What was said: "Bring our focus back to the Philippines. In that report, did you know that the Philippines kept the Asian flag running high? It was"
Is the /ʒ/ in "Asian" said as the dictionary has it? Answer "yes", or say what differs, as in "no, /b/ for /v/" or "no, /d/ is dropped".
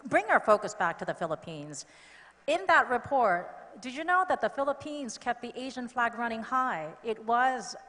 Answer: yes